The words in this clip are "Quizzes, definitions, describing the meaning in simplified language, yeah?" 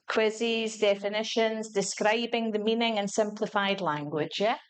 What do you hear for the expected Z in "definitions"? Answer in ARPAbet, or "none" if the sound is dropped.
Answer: Z